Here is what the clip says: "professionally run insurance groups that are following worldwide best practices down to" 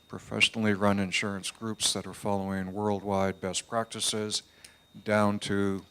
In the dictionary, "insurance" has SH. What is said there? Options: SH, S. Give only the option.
SH